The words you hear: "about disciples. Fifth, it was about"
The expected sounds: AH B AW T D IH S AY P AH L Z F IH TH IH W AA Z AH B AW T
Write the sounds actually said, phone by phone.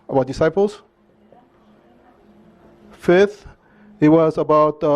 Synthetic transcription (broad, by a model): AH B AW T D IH S AY P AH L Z F IH TH IH W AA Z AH B AW T